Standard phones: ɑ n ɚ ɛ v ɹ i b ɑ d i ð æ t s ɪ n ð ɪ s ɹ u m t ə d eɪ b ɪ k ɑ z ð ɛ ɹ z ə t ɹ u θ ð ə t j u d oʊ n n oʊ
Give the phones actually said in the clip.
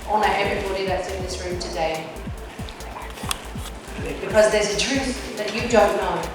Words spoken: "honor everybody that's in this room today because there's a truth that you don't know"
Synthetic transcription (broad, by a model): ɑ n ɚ ɛ v ɹ i b ɑ d i ð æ t s ɪ n ð ɪ s ɹ u m t ə d eɪ b ɪ k ɑ z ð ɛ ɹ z ə t ɹ u θ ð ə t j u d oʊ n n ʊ